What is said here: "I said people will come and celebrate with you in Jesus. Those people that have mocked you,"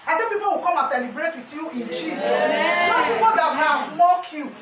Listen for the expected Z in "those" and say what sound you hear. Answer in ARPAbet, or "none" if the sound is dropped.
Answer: none